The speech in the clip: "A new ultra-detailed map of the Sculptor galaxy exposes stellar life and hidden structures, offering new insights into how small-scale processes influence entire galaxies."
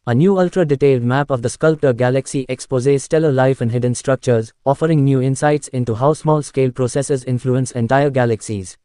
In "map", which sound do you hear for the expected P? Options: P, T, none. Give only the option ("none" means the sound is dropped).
P